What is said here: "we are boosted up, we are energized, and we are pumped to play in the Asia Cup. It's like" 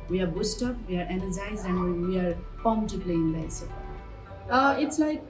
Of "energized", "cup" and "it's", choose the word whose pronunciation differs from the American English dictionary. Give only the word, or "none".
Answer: cup